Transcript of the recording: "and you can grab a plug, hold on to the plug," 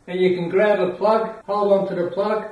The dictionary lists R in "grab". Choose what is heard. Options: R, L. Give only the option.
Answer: L